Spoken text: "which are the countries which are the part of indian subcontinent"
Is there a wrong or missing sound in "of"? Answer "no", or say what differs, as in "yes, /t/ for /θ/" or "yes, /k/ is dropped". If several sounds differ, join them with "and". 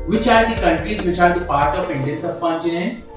yes, /p/ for /v/